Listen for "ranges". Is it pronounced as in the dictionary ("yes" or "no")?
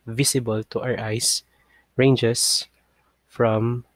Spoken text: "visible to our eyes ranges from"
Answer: no